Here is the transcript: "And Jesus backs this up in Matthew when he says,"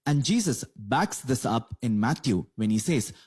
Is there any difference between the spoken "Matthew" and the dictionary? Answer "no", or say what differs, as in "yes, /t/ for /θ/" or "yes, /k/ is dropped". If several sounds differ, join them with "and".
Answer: yes, /t/ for /θ/